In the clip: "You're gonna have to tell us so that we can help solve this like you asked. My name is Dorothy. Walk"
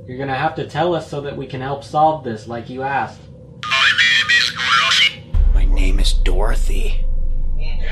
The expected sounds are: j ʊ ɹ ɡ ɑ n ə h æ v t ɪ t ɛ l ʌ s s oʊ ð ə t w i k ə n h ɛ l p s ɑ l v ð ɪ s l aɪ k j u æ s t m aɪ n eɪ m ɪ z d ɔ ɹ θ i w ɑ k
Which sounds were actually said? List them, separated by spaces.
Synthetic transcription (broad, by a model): j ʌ ɹ ɡ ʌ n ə h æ f t ɪ t ɛ l ʌ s s oʊ ð ə t w i k ə n h ɛ l p s ɑ l v ð ɪ s l aɪ k j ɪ æ s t m aɪ n eɪ m ɪ z d ɔ ɹ θ i